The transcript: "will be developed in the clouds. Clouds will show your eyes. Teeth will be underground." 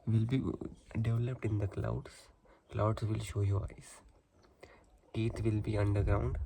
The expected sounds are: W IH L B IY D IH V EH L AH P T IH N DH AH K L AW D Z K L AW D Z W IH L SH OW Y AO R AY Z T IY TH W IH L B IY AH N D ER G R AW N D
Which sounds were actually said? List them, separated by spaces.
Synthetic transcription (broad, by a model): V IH L B IY D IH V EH L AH P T IH N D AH K L AW D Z K L AW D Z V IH L SH OW Y AO R AY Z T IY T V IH L B IY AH N D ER G R AW N D